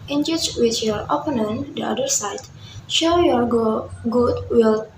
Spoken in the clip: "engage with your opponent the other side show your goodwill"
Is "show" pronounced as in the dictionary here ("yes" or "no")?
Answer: yes